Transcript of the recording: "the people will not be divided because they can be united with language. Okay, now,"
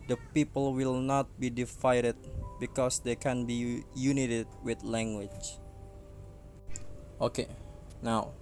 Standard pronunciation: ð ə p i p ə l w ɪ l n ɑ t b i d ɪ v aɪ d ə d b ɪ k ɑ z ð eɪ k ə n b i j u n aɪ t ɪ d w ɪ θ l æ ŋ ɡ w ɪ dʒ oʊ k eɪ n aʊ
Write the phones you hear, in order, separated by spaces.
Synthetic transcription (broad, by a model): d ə p i p ə l w ɪ l n ɑ t b i d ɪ f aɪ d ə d b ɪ k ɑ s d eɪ k ə n b i j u n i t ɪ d w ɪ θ l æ ŋ ɡ w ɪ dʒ oʊ k eɪ n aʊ